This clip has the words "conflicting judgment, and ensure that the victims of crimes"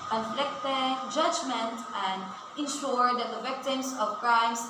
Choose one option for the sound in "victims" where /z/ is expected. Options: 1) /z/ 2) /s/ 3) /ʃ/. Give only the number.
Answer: 2